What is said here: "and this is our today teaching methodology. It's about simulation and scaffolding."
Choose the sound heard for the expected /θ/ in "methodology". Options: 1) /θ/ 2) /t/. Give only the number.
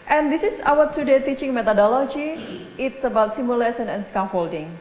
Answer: 2